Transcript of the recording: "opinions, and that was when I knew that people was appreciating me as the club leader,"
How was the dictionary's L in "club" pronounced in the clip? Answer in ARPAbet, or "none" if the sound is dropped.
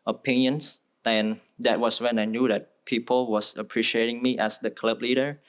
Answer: L